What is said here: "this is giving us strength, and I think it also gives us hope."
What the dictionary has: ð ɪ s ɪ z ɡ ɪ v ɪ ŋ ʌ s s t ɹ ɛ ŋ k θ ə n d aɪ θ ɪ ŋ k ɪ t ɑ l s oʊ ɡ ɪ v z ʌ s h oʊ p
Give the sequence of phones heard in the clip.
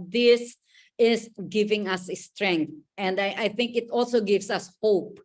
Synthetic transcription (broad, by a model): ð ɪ s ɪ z ɡ ɪ v ɪ ŋ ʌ s s t ɹ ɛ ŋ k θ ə n d aɪ θ ɪ ŋ k ɪ t ɑ l s oʊ ɡ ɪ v s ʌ s h oʊ p